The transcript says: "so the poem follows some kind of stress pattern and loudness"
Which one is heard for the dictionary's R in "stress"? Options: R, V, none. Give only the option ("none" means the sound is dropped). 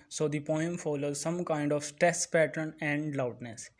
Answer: none